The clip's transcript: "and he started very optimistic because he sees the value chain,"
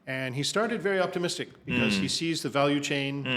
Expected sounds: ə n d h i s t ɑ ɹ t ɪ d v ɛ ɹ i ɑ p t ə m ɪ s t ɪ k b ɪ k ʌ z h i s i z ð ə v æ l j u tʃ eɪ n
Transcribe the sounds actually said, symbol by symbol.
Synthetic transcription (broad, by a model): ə n i s t ɑ ɹ t ɪ d v ɛ ɹ i ɑ p t ə m ɪ s t ɪ k b ɪ k ʌ z h i s i z ð ə v æ l j u tʃ eɪ n